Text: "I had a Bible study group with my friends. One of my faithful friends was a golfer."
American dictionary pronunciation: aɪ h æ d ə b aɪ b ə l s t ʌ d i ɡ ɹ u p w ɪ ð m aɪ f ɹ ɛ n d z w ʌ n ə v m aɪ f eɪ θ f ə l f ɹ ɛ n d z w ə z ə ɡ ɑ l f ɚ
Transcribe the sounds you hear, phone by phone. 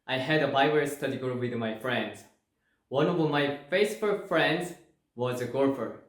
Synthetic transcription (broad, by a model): aɪ h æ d ə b aɪ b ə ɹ s t ʌ d i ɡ ɔ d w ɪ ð m aɪ f ɹ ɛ n d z w ʌ n ə v m aɪ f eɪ s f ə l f ɹ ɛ n d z w ə z ə ɡ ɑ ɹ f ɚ